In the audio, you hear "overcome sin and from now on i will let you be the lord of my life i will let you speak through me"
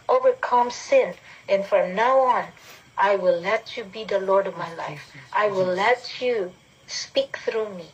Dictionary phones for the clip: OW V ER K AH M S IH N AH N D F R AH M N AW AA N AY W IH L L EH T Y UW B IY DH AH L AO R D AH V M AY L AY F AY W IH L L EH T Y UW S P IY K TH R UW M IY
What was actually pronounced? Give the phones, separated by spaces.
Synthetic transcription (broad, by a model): OW V ER K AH M S IH N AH N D F R AH M N AW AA N AY W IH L L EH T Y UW B IY DH AH L AO R D AH V M AY L AY F AY W IH L L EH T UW S P IY K TH R UW M IY